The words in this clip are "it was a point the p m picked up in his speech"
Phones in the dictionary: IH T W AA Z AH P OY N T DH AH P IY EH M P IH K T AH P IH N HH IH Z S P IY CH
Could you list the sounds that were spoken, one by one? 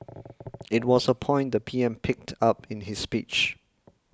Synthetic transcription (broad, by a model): IH T W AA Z AH P OY N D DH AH P IY EH M P IH K T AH P IH N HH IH S P IY CH